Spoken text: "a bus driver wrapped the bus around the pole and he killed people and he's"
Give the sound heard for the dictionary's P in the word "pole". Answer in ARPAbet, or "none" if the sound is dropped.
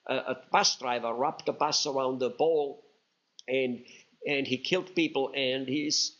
B